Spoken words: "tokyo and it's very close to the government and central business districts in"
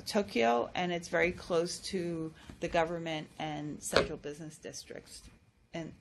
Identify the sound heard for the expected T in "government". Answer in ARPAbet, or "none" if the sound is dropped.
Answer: T